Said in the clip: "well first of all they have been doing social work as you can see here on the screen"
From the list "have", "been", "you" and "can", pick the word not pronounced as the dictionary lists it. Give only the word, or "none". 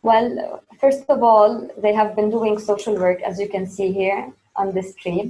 none